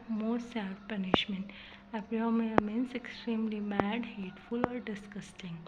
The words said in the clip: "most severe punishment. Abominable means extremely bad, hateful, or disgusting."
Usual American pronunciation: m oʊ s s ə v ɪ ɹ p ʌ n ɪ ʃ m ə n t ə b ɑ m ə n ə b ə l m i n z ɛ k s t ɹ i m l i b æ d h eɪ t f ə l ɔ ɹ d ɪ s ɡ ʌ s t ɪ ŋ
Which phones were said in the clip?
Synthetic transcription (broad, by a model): m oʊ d s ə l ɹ p ʌ n ɪ ʃ m ə n t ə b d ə ə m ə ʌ m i n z ɛ k s t ɹ i m l i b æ d h eɪ t f ə l ɔ ɹ d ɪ s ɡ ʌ s t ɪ ŋ